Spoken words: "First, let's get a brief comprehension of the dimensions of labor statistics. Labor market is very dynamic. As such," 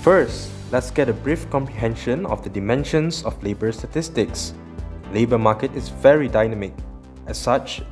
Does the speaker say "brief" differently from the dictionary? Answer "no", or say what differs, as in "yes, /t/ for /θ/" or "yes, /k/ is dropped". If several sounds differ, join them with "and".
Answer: no